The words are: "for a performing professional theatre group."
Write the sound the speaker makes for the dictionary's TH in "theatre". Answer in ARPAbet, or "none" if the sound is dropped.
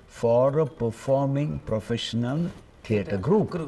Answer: T